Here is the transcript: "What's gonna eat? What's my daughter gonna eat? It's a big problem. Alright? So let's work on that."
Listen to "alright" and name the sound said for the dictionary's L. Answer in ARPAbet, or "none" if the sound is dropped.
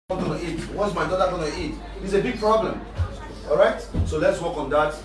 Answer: none